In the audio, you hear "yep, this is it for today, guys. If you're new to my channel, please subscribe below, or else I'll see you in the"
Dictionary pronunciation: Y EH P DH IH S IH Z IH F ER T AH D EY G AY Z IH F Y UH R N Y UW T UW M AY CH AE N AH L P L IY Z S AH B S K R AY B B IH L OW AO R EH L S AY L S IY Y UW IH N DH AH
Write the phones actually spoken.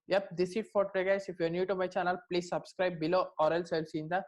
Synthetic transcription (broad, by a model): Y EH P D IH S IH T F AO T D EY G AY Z IH F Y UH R N Y UW T UW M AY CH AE N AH L P L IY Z S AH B S K R AY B B IH L OW AO R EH L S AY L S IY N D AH